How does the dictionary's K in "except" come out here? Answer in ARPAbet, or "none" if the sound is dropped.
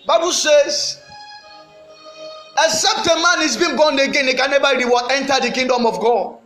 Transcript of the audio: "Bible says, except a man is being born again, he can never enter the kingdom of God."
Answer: none